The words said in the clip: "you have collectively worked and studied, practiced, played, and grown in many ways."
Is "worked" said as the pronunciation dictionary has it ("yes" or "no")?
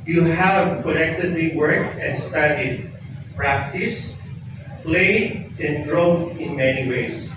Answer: no